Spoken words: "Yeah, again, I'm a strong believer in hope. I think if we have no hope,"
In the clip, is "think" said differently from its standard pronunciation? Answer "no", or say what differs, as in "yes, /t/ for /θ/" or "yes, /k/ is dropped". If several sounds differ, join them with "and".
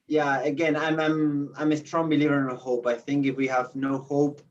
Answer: no